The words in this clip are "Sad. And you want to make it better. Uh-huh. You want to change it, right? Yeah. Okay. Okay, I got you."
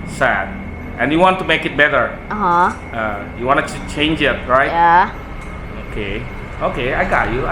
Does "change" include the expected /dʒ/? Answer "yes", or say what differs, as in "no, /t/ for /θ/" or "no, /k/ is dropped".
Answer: yes